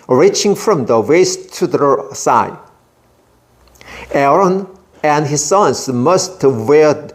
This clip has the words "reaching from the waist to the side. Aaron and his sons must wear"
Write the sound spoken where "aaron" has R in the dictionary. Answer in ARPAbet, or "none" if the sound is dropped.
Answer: R